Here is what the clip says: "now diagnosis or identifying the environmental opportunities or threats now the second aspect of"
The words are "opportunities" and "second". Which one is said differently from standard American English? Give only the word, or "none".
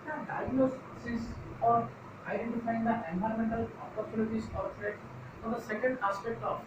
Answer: opportunities